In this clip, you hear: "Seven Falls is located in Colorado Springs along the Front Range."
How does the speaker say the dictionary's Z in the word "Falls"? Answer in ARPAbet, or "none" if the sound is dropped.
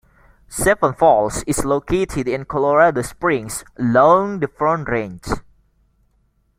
S